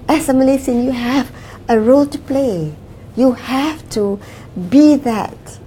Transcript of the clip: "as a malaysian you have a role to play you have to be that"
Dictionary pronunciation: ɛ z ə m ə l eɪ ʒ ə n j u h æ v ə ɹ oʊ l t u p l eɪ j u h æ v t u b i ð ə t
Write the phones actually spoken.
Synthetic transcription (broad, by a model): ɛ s ə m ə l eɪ s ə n j u h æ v ə ɹ oʊ l t u p l eɪ j u h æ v t u b i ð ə t